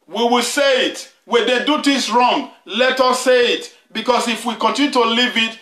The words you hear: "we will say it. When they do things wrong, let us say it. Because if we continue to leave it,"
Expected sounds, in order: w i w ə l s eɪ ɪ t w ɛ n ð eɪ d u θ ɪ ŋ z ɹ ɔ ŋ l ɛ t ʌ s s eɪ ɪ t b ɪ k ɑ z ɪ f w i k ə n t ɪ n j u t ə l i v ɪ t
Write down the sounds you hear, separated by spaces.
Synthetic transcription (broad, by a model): w i w ə l s eɪ ɪ t w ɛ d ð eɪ d u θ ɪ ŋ s ɹ ɔ ŋ l ɛ t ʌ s s eɪ ɪ t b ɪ k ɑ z ɪ f w i k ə n t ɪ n j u t ə l i v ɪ t